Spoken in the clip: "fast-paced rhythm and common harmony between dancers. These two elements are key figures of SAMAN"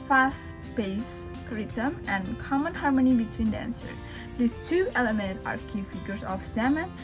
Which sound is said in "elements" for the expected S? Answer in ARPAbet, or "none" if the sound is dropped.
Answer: none